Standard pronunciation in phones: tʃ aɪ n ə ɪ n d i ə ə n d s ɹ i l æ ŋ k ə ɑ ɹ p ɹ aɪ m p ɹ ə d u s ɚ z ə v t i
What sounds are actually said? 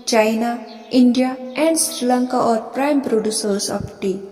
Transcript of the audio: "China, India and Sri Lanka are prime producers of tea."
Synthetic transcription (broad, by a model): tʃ aɪ n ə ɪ n d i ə ə n d s ɹ i l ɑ ŋ k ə ɑ ɹ p ɹ aɪ m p ɹ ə d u s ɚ s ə f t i